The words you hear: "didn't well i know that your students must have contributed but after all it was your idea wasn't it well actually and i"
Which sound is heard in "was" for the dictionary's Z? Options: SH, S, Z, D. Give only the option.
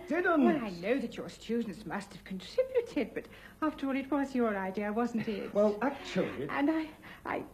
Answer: Z